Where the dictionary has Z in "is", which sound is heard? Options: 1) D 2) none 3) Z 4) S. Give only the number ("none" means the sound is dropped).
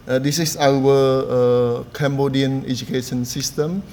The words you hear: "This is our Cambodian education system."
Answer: 4